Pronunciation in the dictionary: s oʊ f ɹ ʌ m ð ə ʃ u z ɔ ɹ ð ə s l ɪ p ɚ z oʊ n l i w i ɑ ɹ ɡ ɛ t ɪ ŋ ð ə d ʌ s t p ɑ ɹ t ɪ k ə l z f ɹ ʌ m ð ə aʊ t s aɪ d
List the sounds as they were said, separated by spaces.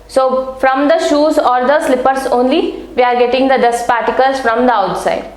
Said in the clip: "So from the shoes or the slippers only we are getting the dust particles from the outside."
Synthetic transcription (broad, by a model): s oʊ f ɹ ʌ m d ə ʃ u z ɔ ɹ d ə s l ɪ p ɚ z oʊ n l i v i ɑ ɹ ɡ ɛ t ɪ ŋ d ə d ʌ s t p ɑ ɹ t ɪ k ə l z f ɹ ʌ m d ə aʊ t s aɪ d